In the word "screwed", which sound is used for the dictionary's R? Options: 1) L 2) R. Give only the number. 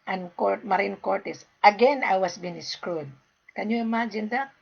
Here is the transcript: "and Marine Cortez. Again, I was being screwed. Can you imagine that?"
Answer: 2